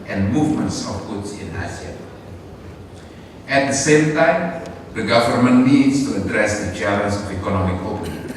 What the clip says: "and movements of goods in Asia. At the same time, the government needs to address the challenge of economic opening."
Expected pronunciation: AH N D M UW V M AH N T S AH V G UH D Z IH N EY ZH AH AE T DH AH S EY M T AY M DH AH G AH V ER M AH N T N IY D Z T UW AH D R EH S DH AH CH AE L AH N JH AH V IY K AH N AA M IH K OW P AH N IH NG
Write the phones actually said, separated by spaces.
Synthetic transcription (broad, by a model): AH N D M UW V M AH N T S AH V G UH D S IH N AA S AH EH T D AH S EY M T AY M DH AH G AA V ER M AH N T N IY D S T UW AH D R EH S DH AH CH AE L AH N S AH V IY K AH N AA M IH K OW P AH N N